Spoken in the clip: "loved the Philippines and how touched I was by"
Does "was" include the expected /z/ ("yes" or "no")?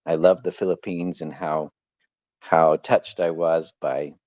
yes